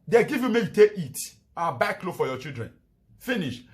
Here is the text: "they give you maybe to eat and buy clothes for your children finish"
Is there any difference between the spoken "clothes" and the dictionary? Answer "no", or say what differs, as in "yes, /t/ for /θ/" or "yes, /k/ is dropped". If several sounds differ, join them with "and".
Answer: yes, /z/ is dropped